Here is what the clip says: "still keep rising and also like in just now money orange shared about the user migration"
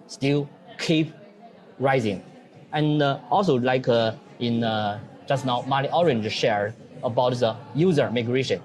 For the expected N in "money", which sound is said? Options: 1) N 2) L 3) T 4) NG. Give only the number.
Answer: 2